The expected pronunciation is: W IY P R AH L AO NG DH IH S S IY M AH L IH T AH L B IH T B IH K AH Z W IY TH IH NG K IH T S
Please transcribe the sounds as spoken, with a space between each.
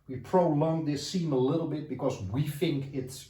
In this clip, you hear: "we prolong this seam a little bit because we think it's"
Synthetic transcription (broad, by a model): W IY P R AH L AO NG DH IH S S IY M AH L IH T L B IH T B IH K AH Z W IY TH IH NG K IH T S